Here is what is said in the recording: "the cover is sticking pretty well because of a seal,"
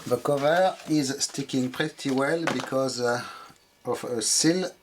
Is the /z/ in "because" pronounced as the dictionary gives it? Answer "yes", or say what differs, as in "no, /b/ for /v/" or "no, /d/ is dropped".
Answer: yes